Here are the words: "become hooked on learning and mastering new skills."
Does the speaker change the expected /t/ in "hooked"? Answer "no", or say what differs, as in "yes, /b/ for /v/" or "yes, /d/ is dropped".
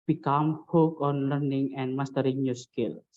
yes, /t/ is dropped